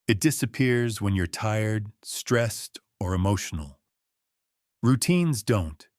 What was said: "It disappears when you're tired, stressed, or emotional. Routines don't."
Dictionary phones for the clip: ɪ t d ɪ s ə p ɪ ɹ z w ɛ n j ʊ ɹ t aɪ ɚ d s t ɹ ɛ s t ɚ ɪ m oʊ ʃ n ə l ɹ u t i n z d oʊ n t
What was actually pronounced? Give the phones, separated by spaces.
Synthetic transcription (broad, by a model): ɪ t d ɪ s ə p ɪ ɹ z w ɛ n j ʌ ɹ t aɪ ɚ d s t ɹ ɛ s t ɚ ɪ m oʊ ʃ n l ɹ u t i n z d oʊ n t